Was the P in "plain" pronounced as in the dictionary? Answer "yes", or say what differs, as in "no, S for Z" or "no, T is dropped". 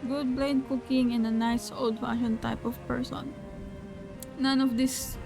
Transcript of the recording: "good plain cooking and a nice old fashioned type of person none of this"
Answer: no, B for P